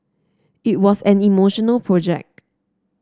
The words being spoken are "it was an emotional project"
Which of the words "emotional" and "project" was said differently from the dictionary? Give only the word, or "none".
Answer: none